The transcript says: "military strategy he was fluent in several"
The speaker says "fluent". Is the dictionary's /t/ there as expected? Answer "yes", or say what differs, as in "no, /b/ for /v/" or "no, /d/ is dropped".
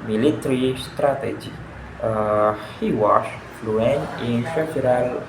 no, /t/ is dropped